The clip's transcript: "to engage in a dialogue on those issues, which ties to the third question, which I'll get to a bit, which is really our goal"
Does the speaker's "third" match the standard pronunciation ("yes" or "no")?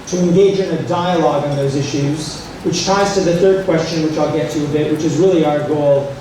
yes